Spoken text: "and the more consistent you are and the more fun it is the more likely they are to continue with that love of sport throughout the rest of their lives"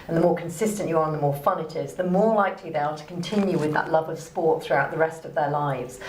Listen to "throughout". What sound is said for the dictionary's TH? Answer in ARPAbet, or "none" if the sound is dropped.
TH